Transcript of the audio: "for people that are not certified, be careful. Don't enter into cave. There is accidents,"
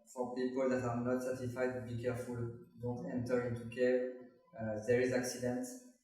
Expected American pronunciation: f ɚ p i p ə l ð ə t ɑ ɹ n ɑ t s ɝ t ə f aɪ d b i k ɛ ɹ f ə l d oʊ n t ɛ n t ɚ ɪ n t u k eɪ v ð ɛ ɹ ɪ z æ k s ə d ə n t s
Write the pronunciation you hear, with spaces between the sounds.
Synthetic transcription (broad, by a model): f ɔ p i p ə l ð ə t ɑ ɹ n ɑ t s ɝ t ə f aɪ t b i k ɛ ɹ f ə l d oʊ n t ɛ n t ɚ ɪ n t u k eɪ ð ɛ ɹ ɪ z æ k s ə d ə n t